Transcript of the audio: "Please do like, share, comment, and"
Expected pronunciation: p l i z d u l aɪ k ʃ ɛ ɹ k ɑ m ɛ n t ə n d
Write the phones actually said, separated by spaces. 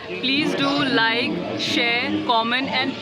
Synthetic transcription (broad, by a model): p l i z d u l aɪ k ʃ ɛ ɹ k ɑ m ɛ n ə n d